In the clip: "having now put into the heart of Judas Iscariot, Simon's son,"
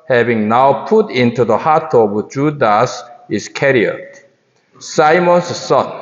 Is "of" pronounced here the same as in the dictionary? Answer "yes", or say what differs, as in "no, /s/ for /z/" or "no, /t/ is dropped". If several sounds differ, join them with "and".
no, /b/ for /v/